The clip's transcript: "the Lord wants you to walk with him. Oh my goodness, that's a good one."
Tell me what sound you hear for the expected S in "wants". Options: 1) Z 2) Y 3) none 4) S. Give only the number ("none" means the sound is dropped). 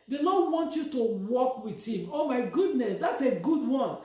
3